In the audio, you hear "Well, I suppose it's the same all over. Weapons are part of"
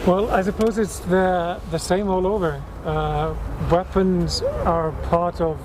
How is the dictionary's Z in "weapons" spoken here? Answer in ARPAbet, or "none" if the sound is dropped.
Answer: Z